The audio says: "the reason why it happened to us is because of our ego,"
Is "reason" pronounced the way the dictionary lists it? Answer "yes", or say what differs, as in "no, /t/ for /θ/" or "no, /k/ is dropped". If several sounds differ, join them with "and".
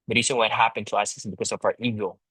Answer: no, /s/ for /z/